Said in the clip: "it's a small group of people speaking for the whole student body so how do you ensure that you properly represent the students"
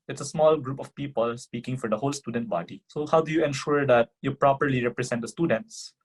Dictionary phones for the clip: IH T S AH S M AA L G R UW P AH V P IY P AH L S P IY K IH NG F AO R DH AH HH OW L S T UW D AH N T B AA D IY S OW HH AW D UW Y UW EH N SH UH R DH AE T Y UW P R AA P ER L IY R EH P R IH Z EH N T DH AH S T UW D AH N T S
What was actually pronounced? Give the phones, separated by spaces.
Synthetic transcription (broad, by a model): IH T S AH S M AA L G R UW P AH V P IY P AH L S P IY K IH NG F AO R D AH HH OW L S T UW D AH N T B AA D IY S OW HH AW D UW Y UW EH N SH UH R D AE T Y UW P R AA P ER L IY R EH P R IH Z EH N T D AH S T UW D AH N T S